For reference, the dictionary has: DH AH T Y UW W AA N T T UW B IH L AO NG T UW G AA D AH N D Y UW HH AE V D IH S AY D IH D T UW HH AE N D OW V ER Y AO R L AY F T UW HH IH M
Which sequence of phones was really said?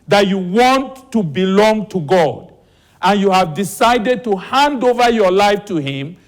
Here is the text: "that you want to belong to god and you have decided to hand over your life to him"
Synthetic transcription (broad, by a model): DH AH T Y UW W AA N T T UW B IH L AO NG T UW G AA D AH N Y UW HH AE V D IH S AY D IH D T UW HH AE N D OW V ER Y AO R L AY F T UW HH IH M